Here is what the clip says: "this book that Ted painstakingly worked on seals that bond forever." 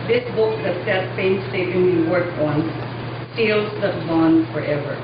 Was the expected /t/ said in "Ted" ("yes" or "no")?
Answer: no